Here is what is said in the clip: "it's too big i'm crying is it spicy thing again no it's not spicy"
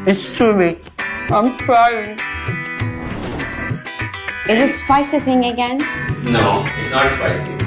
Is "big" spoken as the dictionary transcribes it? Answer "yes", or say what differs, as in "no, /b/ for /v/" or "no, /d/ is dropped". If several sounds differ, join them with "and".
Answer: no, /ɡ/ is dropped